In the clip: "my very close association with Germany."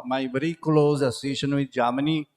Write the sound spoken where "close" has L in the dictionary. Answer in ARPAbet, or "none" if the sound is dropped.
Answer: L